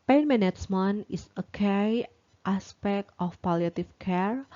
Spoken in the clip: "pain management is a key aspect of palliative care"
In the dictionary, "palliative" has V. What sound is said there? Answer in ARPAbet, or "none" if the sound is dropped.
F